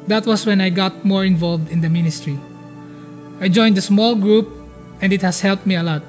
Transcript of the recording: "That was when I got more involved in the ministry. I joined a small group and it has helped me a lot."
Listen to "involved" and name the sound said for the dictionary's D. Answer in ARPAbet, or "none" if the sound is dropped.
D